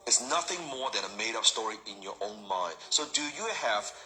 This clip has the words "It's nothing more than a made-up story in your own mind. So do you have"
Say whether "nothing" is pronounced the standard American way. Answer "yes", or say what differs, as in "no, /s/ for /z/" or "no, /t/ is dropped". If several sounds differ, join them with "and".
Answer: yes